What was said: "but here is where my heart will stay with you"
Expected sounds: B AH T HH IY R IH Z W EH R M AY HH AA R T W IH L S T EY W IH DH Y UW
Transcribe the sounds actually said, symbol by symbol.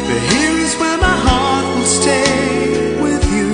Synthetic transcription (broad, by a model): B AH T HH IY R IH Z W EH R M AY HH AA R T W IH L S T EY W IH DH Y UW